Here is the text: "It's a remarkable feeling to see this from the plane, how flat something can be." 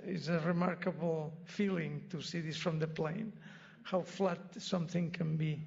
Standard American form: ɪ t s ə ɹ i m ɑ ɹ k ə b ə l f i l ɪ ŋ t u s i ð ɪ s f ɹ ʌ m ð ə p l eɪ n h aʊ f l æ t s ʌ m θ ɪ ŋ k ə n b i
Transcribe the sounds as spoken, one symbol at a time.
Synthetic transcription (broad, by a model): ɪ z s ə ɹ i m ɑ ɹ k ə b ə l f i l ɪ ŋ t u s i ð ɪ s f ɹ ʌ m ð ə p l eɪ n h aʊ f l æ t s ʌ m θ ɪ ŋ k ə n b i